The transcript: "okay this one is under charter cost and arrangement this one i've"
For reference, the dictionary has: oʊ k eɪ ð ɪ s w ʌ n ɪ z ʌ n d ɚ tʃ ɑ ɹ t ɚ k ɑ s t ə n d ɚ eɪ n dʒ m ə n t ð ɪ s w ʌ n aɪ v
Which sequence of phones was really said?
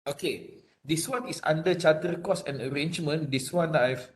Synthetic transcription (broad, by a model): oʊ k eɪ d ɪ s w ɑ n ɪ s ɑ n d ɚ tʃ ɑ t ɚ k ɑ s ə n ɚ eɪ n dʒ m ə n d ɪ s w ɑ n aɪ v